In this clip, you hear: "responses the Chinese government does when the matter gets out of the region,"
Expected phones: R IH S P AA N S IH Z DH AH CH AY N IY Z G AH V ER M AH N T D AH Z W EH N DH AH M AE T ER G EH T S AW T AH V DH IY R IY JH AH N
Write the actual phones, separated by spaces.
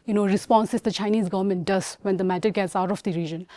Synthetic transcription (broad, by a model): R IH S P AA N S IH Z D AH CH AY N IY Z G AH V ER M AH N T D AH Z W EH N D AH M AE T ER G EH T S AW T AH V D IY R IY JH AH N